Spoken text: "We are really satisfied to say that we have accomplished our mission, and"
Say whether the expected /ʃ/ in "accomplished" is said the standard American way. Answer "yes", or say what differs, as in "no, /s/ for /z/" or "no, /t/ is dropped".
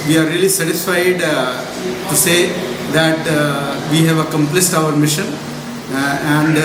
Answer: no, /s/ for /ʃ/